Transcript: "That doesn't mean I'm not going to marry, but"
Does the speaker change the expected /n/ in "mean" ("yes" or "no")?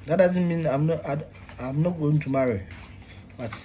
no